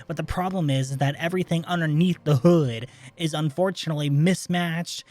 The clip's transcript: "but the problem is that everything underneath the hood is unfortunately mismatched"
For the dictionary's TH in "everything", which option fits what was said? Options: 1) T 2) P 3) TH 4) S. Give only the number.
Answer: 3